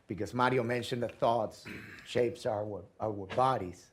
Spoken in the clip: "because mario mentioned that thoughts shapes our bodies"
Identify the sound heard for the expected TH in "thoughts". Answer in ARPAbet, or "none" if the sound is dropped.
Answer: TH